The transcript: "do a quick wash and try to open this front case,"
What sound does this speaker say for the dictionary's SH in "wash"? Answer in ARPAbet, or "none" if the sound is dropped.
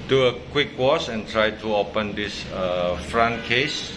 S